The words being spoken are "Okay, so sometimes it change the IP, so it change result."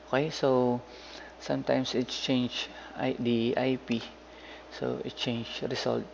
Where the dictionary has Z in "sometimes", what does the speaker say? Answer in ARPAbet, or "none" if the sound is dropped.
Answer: S